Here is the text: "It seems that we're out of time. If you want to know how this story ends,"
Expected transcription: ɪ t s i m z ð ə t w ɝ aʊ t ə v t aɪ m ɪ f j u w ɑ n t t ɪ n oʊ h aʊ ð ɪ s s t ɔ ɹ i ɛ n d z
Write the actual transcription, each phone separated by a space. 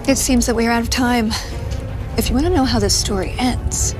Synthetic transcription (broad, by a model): ɪ t s i m z ð ə t w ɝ aʊ t ə v t aɪ m ɪ f j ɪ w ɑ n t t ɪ n oʊ h aʊ ð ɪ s s t ɔ ɹ i ɛ n d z